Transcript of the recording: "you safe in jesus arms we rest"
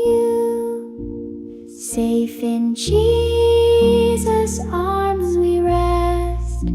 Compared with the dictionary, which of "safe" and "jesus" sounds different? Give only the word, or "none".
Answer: none